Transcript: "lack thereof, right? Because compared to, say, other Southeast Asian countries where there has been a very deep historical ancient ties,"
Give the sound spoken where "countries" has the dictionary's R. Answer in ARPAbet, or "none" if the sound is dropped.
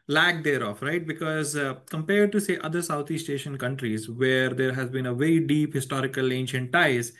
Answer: R